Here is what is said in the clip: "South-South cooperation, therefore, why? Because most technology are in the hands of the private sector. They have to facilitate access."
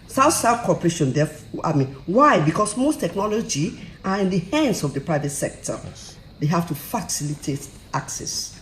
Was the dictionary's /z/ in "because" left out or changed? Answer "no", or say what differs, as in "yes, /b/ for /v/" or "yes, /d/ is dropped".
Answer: yes, /s/ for /z/